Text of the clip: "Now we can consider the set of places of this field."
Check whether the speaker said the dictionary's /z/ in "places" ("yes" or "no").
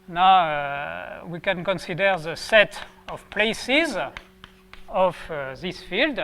yes